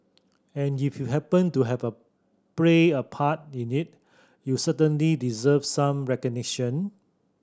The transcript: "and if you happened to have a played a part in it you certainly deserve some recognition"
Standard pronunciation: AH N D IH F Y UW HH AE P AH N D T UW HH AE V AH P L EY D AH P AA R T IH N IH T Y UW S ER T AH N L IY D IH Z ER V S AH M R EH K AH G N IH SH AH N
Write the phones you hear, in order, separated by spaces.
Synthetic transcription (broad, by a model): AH N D IH F Y UW HH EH P AH N T UW HH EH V AH P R EY AH P AA T IH N IH T Y UW S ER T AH N L IY D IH Z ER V S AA M R EH K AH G N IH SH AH N